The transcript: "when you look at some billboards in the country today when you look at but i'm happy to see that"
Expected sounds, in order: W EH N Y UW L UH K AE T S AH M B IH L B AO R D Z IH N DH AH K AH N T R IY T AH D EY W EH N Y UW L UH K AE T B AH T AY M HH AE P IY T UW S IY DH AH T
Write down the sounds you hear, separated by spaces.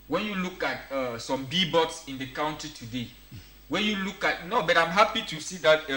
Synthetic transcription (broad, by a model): W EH N Y UW L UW K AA T S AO M B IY B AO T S IH N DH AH K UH N T IY T AH D EY W EH N Y UW L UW K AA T B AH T AY M HH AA P IY T UW S IY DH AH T